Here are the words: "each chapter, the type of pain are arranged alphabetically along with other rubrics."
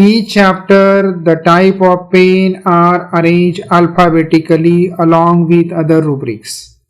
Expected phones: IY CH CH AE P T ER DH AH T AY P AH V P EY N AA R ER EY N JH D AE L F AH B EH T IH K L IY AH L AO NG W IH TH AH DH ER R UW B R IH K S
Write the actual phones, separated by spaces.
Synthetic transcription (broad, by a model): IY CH CH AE P T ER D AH T AY P AH V P EY N AA R ER EY N JH D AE L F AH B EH T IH K L IY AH L AO NG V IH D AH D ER R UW B R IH K S